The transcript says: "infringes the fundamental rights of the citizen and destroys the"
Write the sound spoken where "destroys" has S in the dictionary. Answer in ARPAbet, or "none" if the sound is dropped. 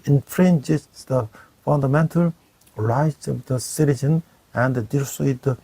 none